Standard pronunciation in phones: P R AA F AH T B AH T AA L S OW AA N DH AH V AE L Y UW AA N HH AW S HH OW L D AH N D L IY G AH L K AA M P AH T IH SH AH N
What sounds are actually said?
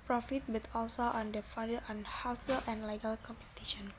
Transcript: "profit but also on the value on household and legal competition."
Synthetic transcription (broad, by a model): P R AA F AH T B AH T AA L S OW AA N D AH F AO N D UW AA N HH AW S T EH L AH N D L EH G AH L K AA M P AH T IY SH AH N